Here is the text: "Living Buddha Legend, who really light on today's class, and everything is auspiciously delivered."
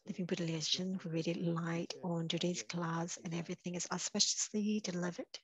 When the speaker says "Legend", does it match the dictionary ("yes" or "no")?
no